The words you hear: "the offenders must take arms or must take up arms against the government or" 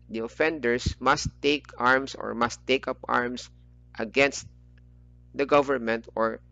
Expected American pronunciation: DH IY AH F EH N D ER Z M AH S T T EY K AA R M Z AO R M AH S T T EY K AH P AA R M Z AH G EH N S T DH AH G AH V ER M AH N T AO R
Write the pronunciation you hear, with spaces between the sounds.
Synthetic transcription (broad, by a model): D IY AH F EH N D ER S M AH S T T EY K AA R M S AO R M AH S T T EY K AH P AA R M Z AH G EH N S T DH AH G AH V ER M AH N T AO R